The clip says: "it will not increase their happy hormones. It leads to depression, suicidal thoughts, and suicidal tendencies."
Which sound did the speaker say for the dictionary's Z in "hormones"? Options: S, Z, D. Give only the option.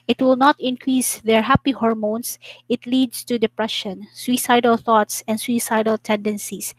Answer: S